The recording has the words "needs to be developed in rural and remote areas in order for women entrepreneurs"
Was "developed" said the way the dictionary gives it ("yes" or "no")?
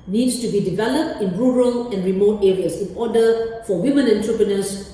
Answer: yes